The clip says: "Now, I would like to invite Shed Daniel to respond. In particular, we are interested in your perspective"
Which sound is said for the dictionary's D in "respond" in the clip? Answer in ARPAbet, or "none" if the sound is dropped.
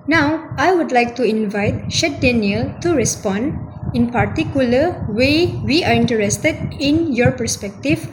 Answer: D